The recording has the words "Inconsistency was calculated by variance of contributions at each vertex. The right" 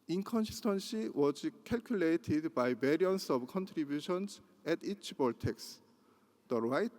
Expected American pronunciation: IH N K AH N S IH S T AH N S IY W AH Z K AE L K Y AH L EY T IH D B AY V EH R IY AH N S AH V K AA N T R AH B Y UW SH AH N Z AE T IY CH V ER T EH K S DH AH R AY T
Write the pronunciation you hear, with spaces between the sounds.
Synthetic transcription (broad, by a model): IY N K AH N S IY S T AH N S IY W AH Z K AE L K Y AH L EY T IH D B AY B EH R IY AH N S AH B K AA N T R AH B Y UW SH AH N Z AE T IY CH B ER T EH K S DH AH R AY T